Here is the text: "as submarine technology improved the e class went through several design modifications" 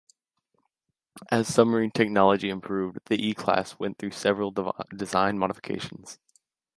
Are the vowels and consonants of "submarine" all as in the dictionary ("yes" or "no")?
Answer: no